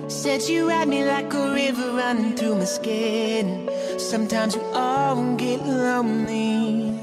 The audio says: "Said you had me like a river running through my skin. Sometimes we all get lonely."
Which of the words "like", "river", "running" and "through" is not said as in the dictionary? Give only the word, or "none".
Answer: none